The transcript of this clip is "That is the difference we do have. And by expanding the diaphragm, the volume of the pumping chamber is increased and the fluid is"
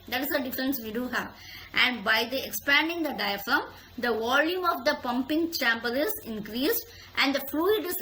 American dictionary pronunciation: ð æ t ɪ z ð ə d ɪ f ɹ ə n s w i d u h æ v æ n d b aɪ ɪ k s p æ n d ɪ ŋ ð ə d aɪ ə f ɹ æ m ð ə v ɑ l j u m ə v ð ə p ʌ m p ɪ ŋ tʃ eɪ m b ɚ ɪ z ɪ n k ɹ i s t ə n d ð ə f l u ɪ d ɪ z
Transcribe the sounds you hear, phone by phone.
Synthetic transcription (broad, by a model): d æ t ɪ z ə d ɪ f ɹ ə n s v i d u h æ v æ n d b aɪ ɪ k s p æ n d ɪ ŋ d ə d aɪ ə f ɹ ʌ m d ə v ɑ l j u m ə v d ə p ʌ m p ɪ ŋ tʃ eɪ m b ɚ ɪ z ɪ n k ɹ i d t ə n d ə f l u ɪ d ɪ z